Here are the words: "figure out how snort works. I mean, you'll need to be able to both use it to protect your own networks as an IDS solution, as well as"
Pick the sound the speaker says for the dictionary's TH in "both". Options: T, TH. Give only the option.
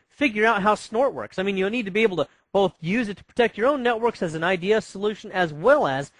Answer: TH